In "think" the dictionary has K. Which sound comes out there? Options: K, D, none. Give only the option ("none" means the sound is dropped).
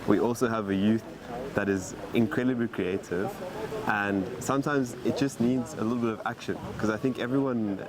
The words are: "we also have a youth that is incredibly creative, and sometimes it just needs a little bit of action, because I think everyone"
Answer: K